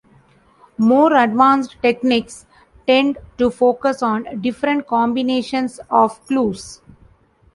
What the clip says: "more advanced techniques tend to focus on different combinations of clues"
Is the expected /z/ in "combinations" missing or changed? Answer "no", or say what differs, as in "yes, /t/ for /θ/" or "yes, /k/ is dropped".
yes, /s/ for /z/